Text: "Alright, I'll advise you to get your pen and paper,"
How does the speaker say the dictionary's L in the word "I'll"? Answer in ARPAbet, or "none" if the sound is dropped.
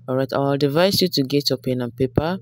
W